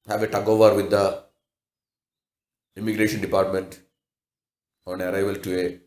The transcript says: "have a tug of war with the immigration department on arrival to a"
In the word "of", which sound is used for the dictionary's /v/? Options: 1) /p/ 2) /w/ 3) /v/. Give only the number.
3